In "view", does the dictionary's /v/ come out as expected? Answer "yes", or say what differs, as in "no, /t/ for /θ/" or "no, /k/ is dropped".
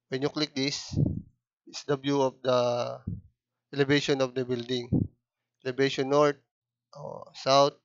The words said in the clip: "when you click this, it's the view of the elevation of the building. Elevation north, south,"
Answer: no, /b/ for /v/